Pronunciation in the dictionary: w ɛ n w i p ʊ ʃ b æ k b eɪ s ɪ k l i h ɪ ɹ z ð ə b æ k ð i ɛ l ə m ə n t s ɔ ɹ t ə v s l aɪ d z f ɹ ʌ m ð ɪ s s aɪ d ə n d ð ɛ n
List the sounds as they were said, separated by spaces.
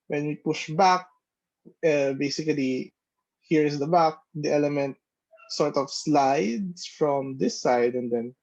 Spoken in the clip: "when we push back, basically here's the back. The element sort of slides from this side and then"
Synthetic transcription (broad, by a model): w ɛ n w i p ʊ ʃ b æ k b eɪ s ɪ k l i h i ɹ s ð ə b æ k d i ɛ l ə m ə n t s ɔ ɹ t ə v s l aɪ d s f ɹ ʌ m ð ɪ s s aɪ d ə n d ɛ n